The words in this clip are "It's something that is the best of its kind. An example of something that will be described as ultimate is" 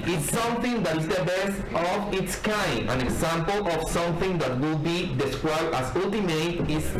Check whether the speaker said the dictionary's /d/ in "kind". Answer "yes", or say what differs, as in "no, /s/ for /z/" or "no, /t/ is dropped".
no, /d/ is dropped